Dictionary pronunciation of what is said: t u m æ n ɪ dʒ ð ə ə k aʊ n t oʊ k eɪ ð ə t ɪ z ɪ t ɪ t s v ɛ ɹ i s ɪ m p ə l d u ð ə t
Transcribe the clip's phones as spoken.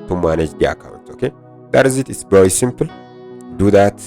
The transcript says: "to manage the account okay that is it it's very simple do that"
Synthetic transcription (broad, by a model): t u m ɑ n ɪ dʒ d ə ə k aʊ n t oʊ k eɪ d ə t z ɪ t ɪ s b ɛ w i s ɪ m p l d u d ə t